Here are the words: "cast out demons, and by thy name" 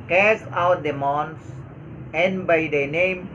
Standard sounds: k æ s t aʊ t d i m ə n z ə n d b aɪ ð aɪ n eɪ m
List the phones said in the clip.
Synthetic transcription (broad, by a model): k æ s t aʊ t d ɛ m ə n s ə n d b aɪ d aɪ n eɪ m